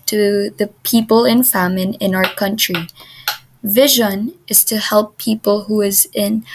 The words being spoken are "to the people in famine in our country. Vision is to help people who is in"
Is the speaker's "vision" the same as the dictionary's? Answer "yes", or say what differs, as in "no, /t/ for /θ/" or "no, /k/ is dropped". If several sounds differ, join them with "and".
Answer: yes